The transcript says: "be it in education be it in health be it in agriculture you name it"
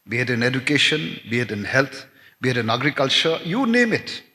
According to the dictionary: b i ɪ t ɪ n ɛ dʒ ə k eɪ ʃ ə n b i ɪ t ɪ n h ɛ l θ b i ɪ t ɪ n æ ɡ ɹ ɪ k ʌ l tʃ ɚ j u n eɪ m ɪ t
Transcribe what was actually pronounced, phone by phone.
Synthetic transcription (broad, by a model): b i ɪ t ɪ n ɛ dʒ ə k eɪ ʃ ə n b i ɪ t ɪ n h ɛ l t b i ɪ t ɪ n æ ɡ ɹ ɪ k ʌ l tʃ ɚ j u n eɪ m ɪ t